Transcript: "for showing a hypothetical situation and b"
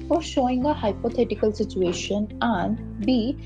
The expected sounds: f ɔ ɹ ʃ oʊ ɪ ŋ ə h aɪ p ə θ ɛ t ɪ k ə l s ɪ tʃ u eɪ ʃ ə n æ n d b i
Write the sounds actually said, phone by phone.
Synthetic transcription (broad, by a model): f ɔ ɹ ʃ oʊ ɪ ŋ ə h aɪ p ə t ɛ t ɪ k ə l s ɪ tʃ u eɪ ʃ ə n æ n d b i